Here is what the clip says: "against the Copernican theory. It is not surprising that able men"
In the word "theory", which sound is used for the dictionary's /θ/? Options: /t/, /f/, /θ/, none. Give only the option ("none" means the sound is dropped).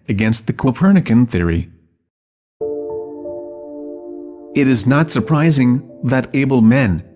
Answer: /θ/